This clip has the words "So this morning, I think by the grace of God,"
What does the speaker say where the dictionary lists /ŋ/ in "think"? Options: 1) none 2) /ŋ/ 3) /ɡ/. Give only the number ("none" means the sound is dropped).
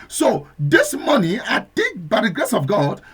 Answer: 1